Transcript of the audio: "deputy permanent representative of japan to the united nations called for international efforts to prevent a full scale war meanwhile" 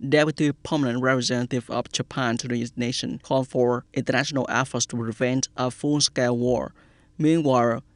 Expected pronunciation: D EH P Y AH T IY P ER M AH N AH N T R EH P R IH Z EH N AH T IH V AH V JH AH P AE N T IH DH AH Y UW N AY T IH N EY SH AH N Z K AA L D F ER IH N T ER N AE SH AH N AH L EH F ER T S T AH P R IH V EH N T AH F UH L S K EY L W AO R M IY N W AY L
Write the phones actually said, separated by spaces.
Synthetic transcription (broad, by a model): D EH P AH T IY P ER M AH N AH N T R EH P R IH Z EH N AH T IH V AH V JH AH P AE N T IH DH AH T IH N EY SH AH N K AA L D F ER IH N T ER N AE SH AH N AH L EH F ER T S T AH P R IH V EH N T AH F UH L S K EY W AO R M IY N W AY L